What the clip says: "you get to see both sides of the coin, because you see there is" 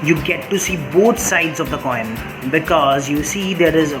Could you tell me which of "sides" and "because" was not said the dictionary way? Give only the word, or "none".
none